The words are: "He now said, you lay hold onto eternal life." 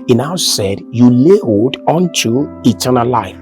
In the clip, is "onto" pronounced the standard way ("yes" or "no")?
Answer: yes